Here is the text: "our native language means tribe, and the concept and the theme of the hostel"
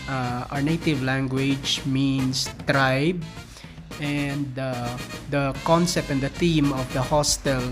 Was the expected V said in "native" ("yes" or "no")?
yes